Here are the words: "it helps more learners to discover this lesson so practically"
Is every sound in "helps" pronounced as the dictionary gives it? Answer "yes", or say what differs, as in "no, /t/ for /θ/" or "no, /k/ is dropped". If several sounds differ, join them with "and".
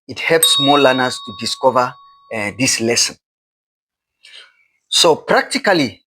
yes